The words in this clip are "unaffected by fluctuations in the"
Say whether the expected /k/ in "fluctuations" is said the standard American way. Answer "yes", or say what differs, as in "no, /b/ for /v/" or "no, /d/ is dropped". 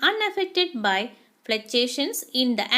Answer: no, /k/ is dropped